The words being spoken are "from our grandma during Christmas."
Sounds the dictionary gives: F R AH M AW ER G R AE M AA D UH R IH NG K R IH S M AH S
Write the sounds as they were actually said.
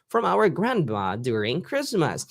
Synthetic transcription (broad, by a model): F R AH M AW ER G R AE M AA D UH R IH NG K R IH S M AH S